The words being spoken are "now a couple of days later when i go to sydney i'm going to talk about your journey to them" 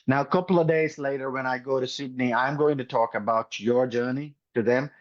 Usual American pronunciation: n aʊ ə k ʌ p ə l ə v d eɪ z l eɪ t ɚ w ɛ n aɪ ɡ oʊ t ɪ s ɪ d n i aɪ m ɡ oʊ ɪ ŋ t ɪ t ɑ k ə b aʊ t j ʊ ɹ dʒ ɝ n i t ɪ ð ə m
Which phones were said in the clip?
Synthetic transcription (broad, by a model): n aʊ ə k ʌ p l ə v d eɪ z l eɪ t ɚ w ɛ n aɪ ɡ oʊ t ɪ s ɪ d n i aɪ m ɡ oʊ ɪ ŋ t ɪ t ɑ k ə b aʊ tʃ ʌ ɹ dʒ ɝ n i t ɪ ð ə m